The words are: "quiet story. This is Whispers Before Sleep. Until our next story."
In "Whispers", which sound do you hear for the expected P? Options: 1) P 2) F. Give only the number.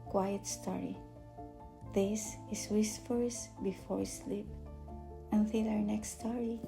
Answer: 2